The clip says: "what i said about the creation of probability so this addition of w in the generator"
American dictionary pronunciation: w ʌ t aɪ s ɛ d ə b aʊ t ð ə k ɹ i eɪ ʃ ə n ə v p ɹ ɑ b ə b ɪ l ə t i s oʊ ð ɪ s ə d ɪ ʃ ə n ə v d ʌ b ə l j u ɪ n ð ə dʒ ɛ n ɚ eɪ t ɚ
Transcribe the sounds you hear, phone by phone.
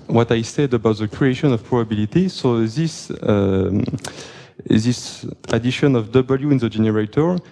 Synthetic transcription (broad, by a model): w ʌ t aɪ s ɛ d ə b aʊ t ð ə k ɹ i eɪ ʃ ə n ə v p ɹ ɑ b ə b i l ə t i s oʊ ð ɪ s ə d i ʃ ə n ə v d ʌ b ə l j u ɪ n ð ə dʒ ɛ n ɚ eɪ t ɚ